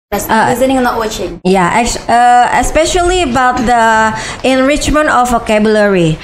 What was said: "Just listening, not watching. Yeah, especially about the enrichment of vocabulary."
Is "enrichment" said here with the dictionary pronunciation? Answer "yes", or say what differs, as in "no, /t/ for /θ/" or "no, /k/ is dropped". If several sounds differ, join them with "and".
yes